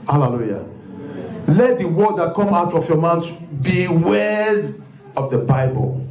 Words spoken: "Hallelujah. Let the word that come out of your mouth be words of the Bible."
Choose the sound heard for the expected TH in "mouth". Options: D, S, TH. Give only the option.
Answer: S